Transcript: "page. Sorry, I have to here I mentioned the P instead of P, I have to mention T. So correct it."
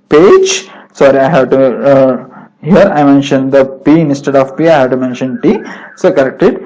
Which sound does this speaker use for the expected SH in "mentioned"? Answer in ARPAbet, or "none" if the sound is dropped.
SH